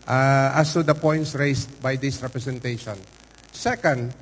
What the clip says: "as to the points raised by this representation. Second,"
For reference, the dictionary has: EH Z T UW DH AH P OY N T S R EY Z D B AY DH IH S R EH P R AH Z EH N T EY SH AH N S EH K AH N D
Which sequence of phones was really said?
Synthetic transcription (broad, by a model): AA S T UW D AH P OY N T S R EY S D B AY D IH S R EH P R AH S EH N T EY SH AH N S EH K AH N D